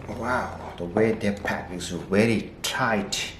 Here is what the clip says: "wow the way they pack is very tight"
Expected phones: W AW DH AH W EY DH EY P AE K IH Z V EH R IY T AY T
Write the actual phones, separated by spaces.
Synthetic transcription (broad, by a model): W AW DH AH W EY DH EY P AE K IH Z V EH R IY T AY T